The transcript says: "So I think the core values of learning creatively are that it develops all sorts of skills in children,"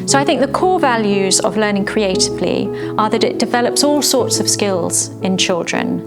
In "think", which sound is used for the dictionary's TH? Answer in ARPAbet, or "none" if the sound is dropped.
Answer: TH